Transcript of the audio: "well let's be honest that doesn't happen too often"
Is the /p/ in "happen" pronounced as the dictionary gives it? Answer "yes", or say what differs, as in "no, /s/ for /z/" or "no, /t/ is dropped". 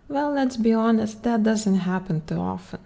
yes